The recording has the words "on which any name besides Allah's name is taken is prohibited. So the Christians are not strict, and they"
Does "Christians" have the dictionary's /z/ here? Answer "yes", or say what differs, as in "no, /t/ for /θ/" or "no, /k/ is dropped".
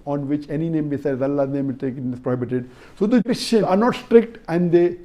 no, /z/ is dropped